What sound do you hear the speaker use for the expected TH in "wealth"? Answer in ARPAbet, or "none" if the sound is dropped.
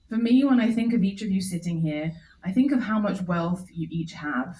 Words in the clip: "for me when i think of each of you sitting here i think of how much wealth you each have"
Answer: TH